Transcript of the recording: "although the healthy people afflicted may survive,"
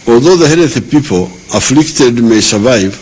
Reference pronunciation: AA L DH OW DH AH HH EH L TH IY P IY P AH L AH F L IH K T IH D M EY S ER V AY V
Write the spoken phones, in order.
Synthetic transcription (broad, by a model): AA L DH OW DH AH HH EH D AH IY P IY P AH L AH F L IH K T IH D M EY S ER V AY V